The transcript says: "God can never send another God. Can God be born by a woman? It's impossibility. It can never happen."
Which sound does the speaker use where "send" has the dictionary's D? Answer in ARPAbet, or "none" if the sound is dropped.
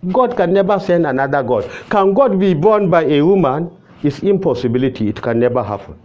D